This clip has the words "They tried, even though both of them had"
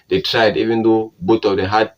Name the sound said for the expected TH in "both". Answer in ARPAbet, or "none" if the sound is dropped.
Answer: T